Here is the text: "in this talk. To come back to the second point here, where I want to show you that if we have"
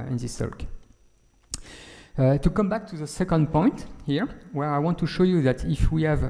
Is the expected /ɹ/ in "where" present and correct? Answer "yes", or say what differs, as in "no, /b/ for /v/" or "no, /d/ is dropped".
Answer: yes